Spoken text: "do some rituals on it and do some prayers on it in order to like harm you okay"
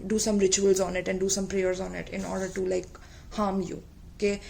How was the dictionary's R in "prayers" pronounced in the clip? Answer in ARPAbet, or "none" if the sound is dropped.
R